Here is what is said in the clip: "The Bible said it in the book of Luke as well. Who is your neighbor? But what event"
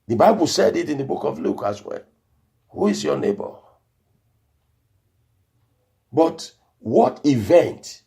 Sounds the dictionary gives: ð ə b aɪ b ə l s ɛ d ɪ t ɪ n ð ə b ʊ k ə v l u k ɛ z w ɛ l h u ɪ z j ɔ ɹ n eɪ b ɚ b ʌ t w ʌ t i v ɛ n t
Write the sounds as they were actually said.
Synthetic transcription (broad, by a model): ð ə b aɪ b ə l s ɛ d ɪ t ɪ n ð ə b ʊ k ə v l u k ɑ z w ɛ l h u ɪ z j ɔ n eɪ b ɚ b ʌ t w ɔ t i v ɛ n t